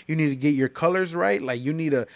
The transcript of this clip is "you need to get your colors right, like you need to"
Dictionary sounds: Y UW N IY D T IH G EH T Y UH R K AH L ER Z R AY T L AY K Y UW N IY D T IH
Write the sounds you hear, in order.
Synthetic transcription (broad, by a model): Y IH N IY D T IH G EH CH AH R K AH L ER Z R AY T L AY K Y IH N IY D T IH